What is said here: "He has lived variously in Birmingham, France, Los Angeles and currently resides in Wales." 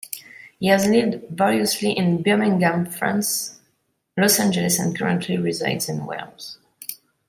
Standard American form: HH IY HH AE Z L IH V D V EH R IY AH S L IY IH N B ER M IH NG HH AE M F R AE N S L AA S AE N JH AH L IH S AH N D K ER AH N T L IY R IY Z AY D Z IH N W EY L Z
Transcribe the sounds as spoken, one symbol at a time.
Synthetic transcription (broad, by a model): HH IY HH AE Z L IH V D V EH L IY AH S L IY IH N B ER M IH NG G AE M F R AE N S L AA S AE N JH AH L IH S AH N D K ER AH N T L IY R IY Z AY D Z IH N W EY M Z